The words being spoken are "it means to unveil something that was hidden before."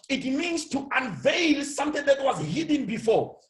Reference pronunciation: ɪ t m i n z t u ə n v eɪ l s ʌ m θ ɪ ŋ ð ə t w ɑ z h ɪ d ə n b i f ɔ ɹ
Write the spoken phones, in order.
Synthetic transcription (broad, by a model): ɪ t m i n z t u ə n v eɪ l s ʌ m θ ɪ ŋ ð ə t w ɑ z h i d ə n b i f ɔ